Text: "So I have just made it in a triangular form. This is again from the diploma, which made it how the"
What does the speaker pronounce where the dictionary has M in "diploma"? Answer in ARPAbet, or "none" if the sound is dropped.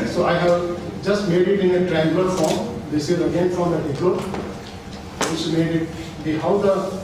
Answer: none